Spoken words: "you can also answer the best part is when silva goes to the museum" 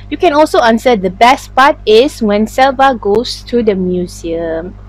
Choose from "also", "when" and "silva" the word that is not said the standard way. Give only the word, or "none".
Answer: none